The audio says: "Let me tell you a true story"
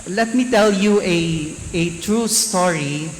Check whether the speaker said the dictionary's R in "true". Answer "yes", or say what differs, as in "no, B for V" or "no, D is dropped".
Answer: yes